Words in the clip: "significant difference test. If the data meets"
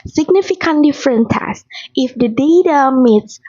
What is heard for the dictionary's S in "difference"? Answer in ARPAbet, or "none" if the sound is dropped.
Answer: none